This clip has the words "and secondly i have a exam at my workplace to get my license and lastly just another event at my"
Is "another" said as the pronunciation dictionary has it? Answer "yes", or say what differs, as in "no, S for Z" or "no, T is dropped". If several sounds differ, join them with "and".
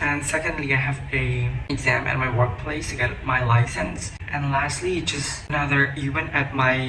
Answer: yes